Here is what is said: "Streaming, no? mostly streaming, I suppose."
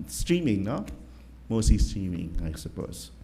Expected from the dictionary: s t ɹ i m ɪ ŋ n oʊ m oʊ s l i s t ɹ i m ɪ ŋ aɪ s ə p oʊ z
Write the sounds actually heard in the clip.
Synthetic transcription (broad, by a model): s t ɹ i m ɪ ŋ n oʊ m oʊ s i s t ɹ i m ɪ ŋ aɪ s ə p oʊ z